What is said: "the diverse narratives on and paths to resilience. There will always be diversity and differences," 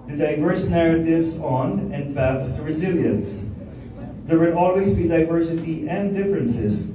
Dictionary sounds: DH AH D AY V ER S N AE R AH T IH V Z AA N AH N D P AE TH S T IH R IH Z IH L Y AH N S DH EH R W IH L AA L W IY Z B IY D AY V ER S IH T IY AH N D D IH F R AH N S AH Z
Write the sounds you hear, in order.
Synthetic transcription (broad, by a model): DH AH D AY V ER S N AE R AH T IH V Z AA N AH N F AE T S T IH R IH Z IH L Y AH N S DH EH R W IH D AA L W IY Z B IY D AY V ER S IH T IY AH N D D IH F R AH N S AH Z